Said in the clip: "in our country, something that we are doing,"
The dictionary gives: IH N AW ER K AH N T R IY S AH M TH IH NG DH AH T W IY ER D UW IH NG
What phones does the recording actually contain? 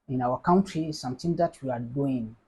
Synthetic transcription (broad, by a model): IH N AW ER K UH N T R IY S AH M T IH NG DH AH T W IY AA D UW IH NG